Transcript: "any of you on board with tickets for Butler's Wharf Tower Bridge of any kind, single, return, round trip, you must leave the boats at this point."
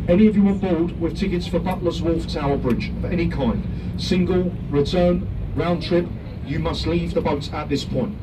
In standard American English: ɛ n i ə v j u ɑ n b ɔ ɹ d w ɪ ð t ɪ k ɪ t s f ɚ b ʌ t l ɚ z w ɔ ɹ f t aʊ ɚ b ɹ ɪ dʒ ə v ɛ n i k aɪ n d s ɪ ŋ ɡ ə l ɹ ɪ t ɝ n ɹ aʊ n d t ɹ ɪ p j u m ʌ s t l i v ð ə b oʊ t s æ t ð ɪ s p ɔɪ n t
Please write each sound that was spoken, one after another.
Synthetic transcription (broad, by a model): ɛ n i ə v j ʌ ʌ b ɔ l d w ɪ ð t ɪ k ɪ t s f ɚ b ʌ t l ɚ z w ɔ l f t aʊ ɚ b ɹ ɪ dʒ ə v ɛ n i k aɪ n d s ɪ ŋ ɡ ə l ɹ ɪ t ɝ n ɹ aʊ n t ɹ ɪ p j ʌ m ʌ s t l i v ð ə b oʊ t ʌ t ð ɪ s p ɔɪ n t